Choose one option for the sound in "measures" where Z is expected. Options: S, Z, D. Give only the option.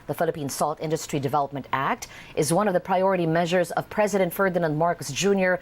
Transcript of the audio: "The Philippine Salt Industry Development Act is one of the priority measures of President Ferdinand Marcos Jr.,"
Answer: Z